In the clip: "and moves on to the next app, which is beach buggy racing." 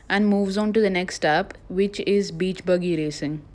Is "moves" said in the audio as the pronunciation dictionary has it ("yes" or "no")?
yes